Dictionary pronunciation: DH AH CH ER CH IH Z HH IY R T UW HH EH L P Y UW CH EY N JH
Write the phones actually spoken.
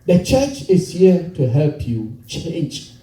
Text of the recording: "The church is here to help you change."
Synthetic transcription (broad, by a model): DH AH CH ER CH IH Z HH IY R T UW HH EH L P Y UW CH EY N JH